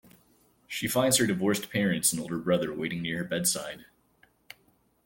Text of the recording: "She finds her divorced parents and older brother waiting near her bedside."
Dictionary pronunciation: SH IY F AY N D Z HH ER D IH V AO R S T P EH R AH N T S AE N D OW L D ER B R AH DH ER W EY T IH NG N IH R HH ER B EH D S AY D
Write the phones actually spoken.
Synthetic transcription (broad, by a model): SH IY F AY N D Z HH ER D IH V AO R S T P EH R AH N T S N OW L D ER B R AH DH ER W EY T IH NG N IH R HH ER B EH D S AY D